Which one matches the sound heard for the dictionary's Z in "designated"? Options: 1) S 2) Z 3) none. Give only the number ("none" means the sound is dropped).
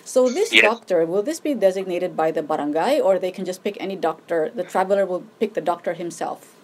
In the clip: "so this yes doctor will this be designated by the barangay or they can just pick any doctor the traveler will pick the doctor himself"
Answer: 2